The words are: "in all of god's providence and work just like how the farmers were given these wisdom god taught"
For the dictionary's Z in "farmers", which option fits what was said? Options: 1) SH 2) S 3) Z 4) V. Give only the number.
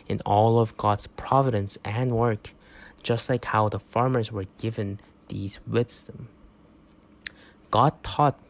3